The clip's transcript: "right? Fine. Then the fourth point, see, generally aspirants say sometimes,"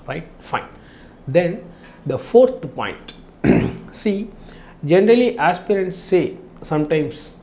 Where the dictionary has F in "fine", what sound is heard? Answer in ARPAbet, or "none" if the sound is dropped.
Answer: F